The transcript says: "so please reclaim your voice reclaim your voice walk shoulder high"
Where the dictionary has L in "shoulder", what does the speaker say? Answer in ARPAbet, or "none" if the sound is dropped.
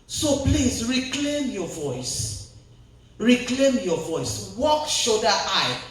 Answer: none